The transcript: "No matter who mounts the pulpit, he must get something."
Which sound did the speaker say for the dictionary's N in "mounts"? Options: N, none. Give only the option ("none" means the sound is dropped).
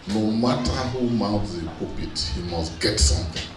none